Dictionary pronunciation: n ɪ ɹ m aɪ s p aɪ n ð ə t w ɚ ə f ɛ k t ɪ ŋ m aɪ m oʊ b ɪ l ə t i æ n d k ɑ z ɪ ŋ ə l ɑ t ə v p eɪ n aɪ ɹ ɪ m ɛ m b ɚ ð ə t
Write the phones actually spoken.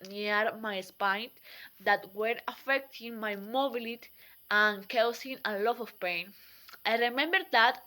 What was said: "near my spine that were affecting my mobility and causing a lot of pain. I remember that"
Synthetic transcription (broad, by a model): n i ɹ m aɪ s p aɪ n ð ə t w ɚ ə f ɛ k t ɪ ŋ m aɪ m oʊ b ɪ l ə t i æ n k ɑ s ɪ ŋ ə l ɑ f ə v p eɪ n aɪ ɹ ɪ m ɛ m b ɚ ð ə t